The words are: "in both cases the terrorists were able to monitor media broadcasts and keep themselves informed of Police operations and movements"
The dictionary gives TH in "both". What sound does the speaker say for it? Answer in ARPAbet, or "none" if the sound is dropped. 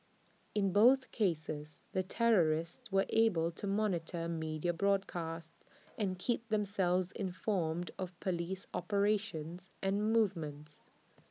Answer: TH